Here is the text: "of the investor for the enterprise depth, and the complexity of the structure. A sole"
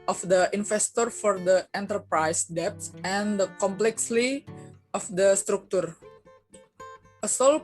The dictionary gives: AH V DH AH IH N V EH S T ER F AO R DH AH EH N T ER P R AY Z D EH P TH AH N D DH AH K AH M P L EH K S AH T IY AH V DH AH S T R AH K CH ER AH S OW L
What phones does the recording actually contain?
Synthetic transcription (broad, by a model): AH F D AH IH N F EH S T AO F AO R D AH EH N T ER P R AY S D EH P S AH N D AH K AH M P L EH K S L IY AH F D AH S T R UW K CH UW AH S OW L